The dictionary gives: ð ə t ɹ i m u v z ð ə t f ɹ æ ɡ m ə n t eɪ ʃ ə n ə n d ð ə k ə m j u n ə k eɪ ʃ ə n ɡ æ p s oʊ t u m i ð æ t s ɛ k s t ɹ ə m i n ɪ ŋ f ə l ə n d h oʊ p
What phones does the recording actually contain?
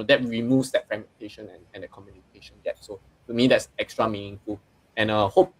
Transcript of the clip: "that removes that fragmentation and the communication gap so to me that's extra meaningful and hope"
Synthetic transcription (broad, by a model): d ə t ɹ i m u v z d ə t f ɹ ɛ m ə n t eɪ ʃ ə n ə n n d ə k ə m j u n ə k eɪ ʃ ə n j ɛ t s oʊ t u m i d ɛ t s ɛ k s t ɹ ə m i n ɪ ŋ f ə l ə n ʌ h oʊ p